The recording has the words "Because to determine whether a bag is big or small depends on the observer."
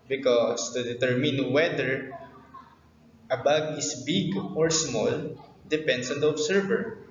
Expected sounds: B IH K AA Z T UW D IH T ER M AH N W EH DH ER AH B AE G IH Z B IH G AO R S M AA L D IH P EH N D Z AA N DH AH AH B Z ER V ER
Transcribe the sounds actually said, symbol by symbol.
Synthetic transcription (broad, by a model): B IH K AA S T UW D IH T ER M AH N W EH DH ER AH B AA G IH S B IH G AO R S M AA L D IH P EH N D S AA N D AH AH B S ER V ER